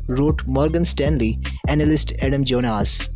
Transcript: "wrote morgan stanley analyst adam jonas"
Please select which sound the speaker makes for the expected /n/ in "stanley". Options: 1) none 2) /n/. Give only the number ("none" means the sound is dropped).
2